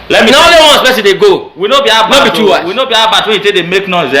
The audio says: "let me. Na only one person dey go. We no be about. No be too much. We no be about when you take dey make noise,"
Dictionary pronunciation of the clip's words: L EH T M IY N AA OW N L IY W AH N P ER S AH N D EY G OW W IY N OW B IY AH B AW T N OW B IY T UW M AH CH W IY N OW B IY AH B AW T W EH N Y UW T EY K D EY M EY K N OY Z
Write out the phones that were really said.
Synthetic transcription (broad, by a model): L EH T M IY N AA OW L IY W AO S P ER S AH D EY G OW W IY N OW B IY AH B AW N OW B IY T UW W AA W IY N OW B IY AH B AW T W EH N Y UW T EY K D EY M EY K N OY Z